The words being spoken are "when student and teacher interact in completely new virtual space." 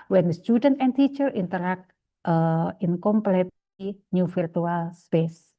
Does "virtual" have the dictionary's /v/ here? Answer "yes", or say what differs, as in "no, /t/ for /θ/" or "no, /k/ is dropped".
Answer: no, /f/ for /v/